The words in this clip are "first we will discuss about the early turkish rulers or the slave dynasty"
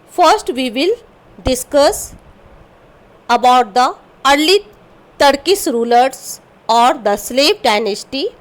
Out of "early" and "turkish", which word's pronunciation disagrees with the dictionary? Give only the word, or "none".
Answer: turkish